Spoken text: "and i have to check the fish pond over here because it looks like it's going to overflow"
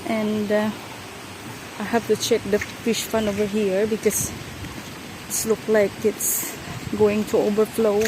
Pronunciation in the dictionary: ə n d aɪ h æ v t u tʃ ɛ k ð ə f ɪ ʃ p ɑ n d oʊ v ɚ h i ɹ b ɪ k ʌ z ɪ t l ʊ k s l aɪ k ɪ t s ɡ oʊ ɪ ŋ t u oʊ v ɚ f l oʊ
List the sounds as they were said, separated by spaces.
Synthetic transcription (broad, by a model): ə n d aɪ h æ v t u tʃ ɛ k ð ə f ɪ ʃ f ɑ n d oʊ v ɚ h i ɹ b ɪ k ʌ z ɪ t l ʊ k l aɪ k ɪ t s ɡ oʊ ɪ ŋ t u oʊ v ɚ f l oʊ